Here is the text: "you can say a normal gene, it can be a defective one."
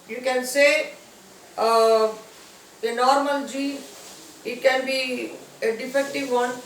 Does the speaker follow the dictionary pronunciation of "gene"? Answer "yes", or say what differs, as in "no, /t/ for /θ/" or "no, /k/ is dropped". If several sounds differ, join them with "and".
no, /n/ is dropped